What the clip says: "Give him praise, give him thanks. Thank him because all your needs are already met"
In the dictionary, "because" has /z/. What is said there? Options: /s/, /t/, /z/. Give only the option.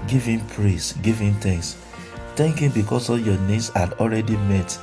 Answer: /s/